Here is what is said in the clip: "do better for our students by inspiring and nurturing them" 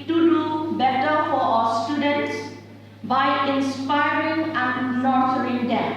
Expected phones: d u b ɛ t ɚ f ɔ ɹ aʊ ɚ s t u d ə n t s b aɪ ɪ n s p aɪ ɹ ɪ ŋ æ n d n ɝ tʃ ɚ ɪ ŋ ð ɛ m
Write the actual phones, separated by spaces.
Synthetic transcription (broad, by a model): d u b ɛ t ɚ f ɔ ɹ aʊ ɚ s t u d ə n t s b aɪ ɪ n s p aɪ ɹ ɪ ŋ æ n d l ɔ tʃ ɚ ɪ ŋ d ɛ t